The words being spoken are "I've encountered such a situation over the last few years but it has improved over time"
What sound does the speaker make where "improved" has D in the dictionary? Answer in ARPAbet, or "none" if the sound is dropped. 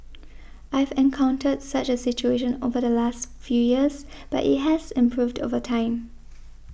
D